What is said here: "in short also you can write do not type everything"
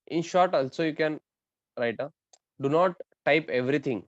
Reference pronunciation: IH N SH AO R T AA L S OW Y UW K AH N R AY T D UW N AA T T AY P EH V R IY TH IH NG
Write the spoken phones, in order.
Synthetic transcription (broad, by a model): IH N SH AO R T AA L S OW Y UW K AH N R AY T D UW N AA T T AY P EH V R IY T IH NG